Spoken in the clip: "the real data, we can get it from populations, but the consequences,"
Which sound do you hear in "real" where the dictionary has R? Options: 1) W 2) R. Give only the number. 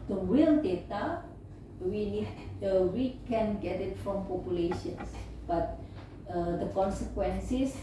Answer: 1